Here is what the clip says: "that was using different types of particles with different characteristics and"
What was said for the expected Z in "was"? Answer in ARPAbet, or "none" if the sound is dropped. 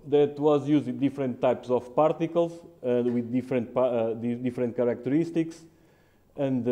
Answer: Z